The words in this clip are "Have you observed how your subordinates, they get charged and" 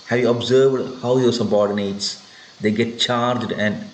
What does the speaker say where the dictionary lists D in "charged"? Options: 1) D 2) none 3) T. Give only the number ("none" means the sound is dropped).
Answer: 1